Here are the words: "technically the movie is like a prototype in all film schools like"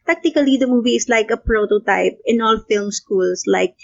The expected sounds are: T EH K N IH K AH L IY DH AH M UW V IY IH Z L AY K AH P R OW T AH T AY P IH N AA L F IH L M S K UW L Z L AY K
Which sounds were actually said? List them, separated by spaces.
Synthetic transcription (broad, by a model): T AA K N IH K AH L IY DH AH M UW V IY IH S L AY K AH P R OW T AH T AY P IH N AA L F IH L M S K UW L S L AY K